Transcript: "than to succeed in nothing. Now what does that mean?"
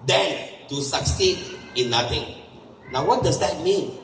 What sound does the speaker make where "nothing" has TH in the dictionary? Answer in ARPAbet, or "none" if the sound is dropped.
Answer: T